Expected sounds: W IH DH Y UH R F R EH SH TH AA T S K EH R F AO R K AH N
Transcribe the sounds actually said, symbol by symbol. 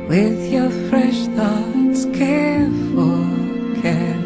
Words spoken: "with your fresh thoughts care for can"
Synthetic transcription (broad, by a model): W IH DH Y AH R F R EH SH TH AA T S K EH R F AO L K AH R